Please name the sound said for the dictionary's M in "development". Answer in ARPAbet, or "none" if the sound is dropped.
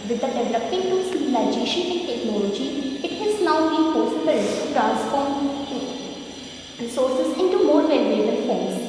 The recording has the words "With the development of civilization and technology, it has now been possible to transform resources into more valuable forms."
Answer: none